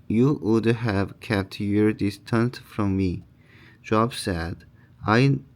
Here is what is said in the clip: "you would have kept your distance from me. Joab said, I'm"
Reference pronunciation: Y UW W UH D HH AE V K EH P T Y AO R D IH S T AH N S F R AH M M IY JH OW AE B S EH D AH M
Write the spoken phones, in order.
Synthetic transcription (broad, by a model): Y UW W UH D HH AE V K EH P T Y AO R D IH S T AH N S F R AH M M IY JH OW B S EH D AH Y